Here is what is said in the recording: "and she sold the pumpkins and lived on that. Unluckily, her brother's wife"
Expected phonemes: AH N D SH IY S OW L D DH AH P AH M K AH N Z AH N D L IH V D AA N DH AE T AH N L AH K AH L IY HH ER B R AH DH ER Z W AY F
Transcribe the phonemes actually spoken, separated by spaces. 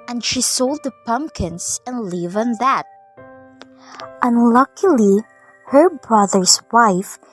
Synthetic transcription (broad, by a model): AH N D SH IY S OW L D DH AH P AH M K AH N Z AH N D L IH V AA N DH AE T AH N L AH K AH L IY HH ER B R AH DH ER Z W AY F